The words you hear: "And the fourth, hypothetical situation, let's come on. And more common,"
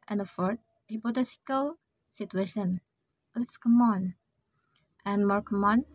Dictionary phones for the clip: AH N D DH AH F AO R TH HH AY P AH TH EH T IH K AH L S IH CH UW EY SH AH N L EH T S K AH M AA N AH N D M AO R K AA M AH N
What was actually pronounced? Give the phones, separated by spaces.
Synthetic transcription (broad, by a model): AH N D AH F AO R T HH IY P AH T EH S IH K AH L S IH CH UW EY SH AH N L EH T S K AH M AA N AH N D M AO R K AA M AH N